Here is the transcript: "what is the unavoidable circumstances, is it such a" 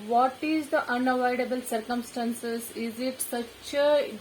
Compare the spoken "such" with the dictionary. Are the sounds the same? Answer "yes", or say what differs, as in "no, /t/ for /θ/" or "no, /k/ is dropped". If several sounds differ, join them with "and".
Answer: yes